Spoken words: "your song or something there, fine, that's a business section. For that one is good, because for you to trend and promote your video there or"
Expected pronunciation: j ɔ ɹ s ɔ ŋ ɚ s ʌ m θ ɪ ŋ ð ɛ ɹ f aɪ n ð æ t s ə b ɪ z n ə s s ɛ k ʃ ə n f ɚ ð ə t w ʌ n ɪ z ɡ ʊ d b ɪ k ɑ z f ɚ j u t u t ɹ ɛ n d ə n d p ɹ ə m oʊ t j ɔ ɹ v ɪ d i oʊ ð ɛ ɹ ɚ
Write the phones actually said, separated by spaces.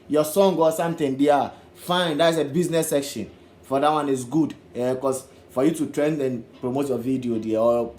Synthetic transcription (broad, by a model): j ɔ s ɔ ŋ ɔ s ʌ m t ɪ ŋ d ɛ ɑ f aɪ n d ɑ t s ə b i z n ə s s ɛ k ʃ ə n f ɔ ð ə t w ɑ n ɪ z ɡ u d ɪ k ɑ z f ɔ j u t u t ɹ ɛ n d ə n p ɹ ə m oʊ t j ɔ v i d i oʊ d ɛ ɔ